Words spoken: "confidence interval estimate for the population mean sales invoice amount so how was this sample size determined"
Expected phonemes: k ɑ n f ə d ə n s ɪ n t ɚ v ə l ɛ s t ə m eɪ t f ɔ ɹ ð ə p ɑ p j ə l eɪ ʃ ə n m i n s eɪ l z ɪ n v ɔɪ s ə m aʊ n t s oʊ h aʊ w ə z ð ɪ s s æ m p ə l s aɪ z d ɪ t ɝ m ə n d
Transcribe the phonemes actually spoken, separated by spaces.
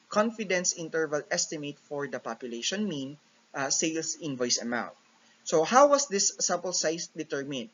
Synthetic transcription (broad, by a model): k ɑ n f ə d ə n s ɪ n t ɚ v ə l ɛ s t ə m eɪ t f ɔ ɹ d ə p ɑ p j ə l eɪ ʃ ə n m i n s eɪ l s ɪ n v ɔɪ s ə m aʊ n t s oʊ h aʊ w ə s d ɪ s s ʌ p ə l s aɪ s d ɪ t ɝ m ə n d